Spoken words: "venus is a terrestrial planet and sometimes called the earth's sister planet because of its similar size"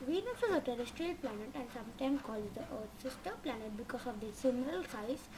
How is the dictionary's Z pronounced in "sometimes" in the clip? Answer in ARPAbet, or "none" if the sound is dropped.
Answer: none